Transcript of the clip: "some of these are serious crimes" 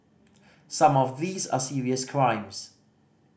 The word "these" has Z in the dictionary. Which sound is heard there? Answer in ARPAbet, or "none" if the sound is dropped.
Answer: Z